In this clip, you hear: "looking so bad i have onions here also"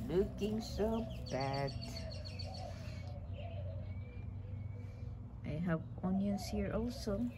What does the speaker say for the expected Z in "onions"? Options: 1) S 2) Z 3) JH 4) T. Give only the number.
1